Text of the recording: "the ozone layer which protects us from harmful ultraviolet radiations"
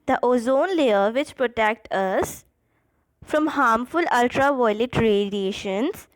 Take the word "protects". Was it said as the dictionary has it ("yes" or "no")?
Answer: no